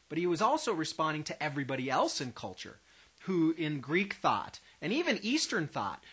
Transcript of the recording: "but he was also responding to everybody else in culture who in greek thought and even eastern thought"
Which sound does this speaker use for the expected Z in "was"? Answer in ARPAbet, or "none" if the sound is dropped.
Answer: Z